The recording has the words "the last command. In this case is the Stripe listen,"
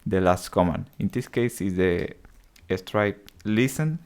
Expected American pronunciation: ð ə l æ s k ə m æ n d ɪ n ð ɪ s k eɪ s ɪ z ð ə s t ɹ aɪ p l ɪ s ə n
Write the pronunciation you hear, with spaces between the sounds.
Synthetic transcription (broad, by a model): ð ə l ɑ s k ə m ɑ n ɪ n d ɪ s k eɪ s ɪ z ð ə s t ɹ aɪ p l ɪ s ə n